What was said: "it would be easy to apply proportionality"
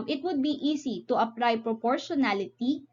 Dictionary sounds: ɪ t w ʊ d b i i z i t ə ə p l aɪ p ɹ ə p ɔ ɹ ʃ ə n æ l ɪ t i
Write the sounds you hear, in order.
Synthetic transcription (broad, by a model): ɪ t w ʊ d b i i s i t ə ə p l aɪ p ɹ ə p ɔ ɹ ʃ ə n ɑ l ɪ t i